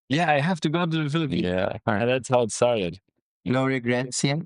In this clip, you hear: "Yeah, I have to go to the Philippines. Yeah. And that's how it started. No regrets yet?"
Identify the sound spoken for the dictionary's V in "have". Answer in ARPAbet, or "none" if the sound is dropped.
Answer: F